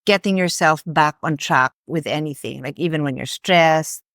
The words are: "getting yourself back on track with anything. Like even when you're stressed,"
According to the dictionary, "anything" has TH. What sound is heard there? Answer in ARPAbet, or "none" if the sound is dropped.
TH